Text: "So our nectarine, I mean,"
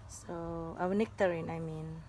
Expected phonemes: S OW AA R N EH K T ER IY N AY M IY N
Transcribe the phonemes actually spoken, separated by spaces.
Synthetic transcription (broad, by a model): S OW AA W N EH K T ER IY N AY M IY N